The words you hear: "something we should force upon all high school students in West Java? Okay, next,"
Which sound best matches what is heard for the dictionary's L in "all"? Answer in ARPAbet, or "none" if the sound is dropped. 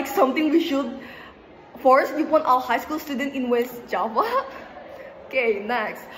W